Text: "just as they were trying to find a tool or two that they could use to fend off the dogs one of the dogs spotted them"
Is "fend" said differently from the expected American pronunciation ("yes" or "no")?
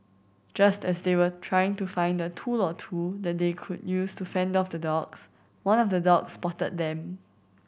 no